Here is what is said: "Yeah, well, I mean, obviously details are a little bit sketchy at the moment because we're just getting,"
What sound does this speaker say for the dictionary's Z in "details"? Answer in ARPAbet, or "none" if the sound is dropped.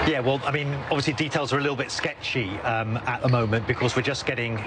Z